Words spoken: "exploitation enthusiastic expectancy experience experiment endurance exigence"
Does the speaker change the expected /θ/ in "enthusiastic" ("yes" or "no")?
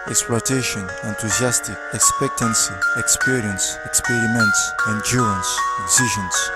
yes